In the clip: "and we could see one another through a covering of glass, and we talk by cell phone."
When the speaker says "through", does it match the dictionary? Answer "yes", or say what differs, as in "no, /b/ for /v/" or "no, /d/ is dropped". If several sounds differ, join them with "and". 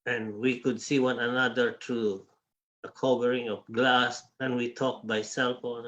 no, /t/ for /θ/